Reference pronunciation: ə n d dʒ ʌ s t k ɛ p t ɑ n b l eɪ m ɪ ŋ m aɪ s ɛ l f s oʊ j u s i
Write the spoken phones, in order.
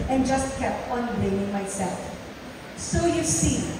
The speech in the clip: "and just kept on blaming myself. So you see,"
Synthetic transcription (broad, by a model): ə n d dʒ ʌ s t k ɛ p t ɑ n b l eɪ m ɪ ŋ m aɪ s ɛ l f s oʊ j u s i